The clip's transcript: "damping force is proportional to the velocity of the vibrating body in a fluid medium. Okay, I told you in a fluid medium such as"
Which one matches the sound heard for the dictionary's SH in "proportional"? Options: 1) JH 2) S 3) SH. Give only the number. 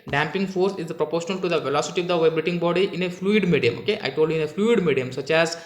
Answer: 3